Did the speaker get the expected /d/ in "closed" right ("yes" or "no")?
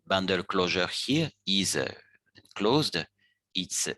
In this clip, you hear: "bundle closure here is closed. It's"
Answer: yes